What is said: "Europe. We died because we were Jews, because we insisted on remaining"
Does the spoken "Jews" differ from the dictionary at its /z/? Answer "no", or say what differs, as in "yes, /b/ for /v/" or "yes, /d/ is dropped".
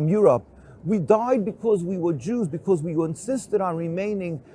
no